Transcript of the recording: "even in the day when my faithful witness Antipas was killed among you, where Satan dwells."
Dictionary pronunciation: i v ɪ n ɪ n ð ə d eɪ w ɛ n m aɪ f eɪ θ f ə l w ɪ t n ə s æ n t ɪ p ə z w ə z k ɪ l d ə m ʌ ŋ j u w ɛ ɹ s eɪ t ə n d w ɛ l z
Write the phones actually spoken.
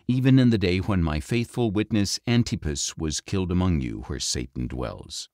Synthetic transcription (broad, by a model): i v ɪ n ɪ n ð ə d eɪ w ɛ n m aɪ f eɪ θ f ə l w ɪ t n ə s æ n t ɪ p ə s w ə z k ɪ l d ə m ʌ ŋ j u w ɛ ɹ s eɪ t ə n d w ɛ l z